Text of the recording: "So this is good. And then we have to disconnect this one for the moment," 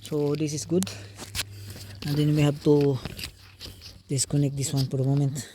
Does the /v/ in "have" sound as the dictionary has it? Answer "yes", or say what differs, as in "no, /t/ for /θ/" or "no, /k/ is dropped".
no, /b/ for /v/